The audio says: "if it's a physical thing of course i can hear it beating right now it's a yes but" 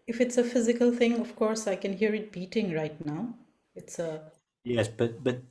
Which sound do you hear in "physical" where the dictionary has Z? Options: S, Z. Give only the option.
Z